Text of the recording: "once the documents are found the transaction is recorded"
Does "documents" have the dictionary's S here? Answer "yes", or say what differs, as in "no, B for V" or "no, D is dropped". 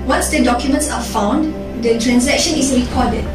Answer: yes